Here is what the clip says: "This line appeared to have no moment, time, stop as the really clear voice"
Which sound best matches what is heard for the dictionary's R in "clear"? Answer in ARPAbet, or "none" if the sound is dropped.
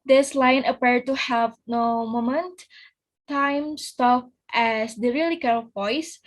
L